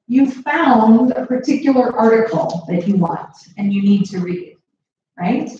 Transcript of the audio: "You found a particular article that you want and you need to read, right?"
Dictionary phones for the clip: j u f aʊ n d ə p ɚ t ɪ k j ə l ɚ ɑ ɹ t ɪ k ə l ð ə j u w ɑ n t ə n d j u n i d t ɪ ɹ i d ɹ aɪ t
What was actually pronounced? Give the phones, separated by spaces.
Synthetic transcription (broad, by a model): j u f aʊ n d ə p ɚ t ɪ k j l ɚ ɑ ɹ t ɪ k l ð ə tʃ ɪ w ɑ n t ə n j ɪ n i d t ɪ ɹ i d ɹ aɪ t